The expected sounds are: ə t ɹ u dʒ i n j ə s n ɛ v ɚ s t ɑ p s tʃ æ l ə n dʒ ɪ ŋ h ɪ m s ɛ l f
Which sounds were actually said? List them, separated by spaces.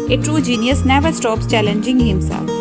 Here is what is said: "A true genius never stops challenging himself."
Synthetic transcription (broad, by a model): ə t ɹ u dʒ i n j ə s n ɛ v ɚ s t ɑ p s tʃ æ l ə n dʒ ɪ ŋ h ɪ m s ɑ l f